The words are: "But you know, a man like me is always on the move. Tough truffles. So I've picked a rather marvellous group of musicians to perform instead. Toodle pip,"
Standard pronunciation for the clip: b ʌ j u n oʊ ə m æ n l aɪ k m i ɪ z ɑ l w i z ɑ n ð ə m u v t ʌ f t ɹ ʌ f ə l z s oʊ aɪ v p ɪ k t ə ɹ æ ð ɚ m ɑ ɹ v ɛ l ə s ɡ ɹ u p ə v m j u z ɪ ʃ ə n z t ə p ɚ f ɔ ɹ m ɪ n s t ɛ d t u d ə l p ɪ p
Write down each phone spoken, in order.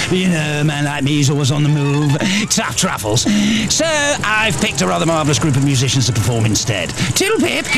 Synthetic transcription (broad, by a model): j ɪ n oʊ ə m æ n l aɪ k m i ɪ z ɑ l w i z n ð ə m u v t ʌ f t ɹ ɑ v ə l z s oʊ aɪ v p ɪ k t ə ɹ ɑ ð ɚ m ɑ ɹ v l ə s ɡ ɹ u p ə v m j u z ɪ ʃ ə n z t ə p ɚ f ɔ ɹ m ɪ n s t ɛ d t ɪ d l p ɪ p